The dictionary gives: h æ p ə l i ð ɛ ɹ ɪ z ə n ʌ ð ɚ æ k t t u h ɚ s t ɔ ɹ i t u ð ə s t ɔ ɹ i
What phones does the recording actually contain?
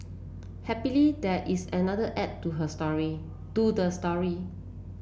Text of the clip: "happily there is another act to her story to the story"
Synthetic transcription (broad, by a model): h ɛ p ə l i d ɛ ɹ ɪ s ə n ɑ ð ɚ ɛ t t u h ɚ s t ɔ ɹ i t u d ə s t ɔ ɹ i